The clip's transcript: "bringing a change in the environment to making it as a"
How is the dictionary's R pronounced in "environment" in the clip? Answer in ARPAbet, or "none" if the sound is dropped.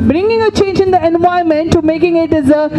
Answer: none